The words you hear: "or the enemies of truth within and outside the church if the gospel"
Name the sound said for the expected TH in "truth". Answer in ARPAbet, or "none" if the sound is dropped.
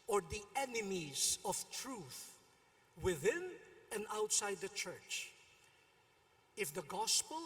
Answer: TH